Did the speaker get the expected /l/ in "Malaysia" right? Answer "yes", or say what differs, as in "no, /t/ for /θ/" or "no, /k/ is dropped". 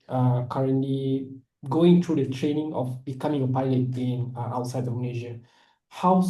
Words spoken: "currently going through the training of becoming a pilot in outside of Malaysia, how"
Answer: no, /n/ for /l/